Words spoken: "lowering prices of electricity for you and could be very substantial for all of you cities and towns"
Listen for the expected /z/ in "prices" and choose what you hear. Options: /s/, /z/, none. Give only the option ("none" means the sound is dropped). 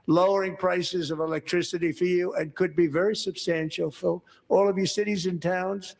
/z/